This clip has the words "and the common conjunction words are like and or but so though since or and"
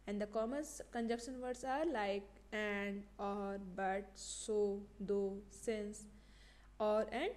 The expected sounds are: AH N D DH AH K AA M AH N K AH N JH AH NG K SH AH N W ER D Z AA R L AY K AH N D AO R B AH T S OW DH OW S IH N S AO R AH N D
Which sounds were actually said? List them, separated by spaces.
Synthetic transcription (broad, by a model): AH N D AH K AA M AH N K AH N JH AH K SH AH N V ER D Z AA R L AY K AH N D AO R B AH T S OW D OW S IH N S AO R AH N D